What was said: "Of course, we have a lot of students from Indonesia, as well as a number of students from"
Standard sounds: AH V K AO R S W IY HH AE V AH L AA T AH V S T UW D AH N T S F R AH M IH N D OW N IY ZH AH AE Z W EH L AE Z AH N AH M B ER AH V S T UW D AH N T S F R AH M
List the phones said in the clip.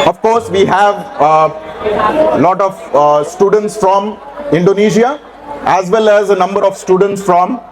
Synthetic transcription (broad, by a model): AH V K AO R S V IY HH AE V L AA T AH V S T UW D AH N T S F R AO M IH N D OW N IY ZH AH AE Z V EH L AE Z AH N AH M B ER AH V S T UW D AH N T S F R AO M